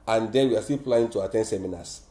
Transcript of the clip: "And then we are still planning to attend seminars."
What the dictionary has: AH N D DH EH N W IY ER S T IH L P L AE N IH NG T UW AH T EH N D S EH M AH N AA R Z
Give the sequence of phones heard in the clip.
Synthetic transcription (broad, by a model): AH N D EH N W IY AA S T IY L P L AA IH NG T UW AH T EH N D S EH M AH N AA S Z